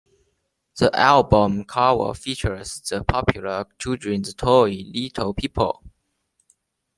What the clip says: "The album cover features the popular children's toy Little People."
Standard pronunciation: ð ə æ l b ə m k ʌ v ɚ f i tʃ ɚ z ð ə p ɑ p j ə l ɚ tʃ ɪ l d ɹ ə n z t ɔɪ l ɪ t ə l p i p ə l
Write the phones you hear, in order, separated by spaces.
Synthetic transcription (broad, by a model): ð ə æ l b ə m k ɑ w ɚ f i tʃ ɚ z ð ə p ɑ p j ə l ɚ tʃ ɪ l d ɹ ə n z t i l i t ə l p i p ə l